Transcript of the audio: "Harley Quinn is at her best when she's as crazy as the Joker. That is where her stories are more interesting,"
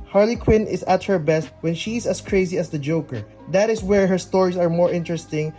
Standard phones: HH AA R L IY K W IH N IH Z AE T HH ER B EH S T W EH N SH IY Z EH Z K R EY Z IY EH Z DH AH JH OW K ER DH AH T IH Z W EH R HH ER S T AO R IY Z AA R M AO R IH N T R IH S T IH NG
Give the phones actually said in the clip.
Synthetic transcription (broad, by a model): HH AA R L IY K W IH N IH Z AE T HH ER B EH S T W EH N SH IY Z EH S K R EY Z IY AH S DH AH JH OW K ER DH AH T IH S W EH R HH ER S T AO R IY S AA R M AO R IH N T R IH S T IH NG